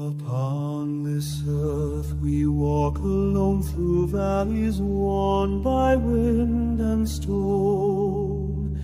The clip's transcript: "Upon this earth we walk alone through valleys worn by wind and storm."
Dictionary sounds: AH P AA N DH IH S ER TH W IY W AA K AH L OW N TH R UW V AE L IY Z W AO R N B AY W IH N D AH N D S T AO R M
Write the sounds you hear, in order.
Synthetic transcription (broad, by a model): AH P AA N DH IH S ER TH W IY W AA K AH L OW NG TH R UW V AE L IY Z W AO N B AY W IH N D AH N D S T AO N